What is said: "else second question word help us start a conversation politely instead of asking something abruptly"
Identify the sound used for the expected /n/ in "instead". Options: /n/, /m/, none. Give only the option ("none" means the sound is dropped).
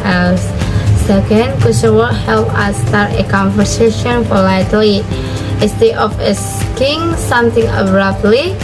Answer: none